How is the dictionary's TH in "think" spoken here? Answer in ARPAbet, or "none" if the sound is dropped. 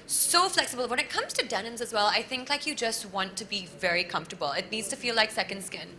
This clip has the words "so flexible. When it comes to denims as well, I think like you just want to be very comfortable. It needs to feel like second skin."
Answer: TH